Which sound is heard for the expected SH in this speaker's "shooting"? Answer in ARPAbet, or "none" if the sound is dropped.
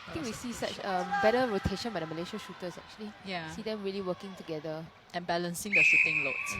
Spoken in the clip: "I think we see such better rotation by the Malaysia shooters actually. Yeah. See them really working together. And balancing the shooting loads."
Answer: S